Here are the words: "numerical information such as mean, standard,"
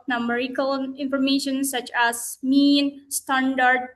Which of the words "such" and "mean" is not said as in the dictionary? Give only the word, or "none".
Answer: none